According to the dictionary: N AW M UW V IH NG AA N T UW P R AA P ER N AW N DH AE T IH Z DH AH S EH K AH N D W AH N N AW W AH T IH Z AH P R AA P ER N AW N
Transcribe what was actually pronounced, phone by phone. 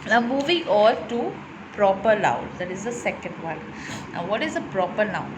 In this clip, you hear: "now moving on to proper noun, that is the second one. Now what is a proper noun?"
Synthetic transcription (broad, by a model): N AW M UW V IH NG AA L T UW P R AA P ER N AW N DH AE T IH Z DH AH S EH K AH N D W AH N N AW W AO T IH Z AH P R AA P ER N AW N